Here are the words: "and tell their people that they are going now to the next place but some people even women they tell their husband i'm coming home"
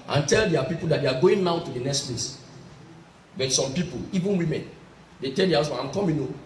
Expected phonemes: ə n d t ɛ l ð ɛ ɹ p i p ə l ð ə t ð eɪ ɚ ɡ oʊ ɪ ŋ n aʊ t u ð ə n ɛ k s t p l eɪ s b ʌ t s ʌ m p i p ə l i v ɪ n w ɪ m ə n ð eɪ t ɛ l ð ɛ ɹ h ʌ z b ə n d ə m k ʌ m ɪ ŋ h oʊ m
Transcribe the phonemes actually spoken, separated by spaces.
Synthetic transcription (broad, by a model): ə n t ɛ l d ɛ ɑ p i p ə l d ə t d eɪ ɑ ɡ oʊ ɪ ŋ n aʊ t u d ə n ɛ k s t p l eɪ s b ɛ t s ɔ m p i p ə l i v ɪ n w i m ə n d eɪ t ɛ l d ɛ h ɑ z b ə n ə m k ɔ m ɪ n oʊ